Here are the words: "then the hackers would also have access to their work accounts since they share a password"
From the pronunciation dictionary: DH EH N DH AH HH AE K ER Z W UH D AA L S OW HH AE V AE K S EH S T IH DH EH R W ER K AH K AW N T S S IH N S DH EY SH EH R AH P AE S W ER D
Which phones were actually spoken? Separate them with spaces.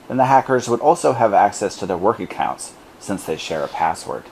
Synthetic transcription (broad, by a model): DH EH N DH AH HH AE K ER Z W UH D AA L S OW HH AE V AE K S EH S T IH DH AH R W ER K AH K AW N T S S IH N S DH EY SH EH R AH P AE S W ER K